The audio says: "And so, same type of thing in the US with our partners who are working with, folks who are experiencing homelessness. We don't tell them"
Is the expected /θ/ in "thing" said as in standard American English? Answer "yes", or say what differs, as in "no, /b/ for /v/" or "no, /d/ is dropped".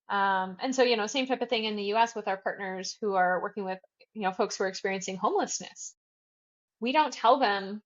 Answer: yes